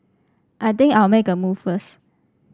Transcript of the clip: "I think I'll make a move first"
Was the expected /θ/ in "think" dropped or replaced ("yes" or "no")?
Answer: yes